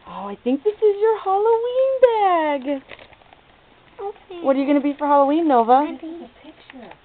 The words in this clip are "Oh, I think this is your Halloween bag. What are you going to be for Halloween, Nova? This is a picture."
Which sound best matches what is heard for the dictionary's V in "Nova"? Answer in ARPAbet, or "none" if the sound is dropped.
none